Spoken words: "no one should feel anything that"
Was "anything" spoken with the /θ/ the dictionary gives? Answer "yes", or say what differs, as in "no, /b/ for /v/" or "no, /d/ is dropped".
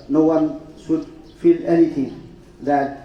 no, /t/ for /θ/